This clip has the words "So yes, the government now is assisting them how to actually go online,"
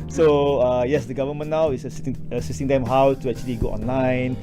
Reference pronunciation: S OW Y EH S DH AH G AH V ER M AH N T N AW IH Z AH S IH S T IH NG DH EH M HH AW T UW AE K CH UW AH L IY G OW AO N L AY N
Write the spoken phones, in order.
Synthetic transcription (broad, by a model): S OW Y EH S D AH G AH V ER M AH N N AW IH S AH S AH S S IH NG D EH M HH AW T UW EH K CH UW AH L IY G OW AO N L AY N